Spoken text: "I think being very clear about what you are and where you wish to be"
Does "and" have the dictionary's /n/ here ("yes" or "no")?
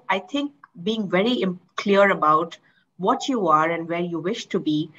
yes